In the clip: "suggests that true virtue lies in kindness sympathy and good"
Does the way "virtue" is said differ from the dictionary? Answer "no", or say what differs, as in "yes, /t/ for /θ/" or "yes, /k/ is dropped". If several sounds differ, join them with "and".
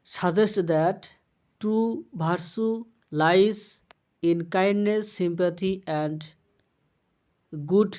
yes, /b/ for /v/ and /s/ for /tʃ/